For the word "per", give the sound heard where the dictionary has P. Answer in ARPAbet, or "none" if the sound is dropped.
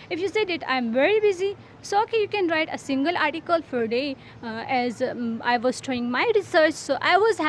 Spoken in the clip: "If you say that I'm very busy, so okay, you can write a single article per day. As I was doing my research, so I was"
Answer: F